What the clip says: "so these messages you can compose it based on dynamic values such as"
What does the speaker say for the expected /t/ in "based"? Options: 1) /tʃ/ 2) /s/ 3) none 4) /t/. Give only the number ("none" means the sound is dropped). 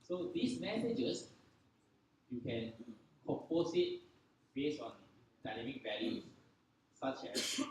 3